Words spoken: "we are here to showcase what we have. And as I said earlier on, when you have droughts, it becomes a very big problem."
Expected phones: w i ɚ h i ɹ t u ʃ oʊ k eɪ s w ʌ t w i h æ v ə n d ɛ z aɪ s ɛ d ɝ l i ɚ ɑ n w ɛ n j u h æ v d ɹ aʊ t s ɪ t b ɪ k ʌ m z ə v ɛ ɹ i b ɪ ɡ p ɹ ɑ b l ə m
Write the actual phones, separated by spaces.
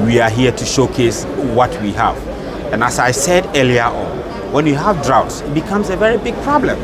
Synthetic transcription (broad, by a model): w i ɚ h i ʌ t u ʃ oʊ k eɪ s w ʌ t w i h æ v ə n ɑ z aɪ s ɛ d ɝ l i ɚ ɑ n w ɛ n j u h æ v d ɹ aʊ t s ɪ t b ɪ k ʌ m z ə v ɛ ɹ i b ɪ ɡ p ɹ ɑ b l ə m